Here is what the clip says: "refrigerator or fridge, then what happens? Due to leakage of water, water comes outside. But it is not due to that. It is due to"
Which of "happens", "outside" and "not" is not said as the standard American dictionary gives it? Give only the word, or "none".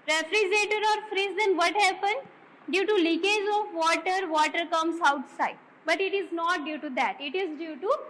happens